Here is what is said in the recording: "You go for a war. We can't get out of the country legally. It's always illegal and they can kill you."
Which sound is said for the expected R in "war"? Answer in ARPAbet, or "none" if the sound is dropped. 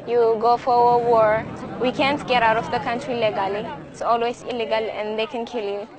R